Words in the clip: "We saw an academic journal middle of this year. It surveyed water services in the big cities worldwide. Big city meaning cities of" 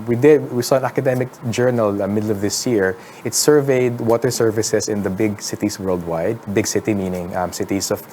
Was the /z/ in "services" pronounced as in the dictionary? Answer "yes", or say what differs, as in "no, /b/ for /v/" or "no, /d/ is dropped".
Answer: no, /s/ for /z/